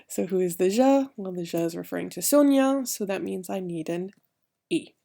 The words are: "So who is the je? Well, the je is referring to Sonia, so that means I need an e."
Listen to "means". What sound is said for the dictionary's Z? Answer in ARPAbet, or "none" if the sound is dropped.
Z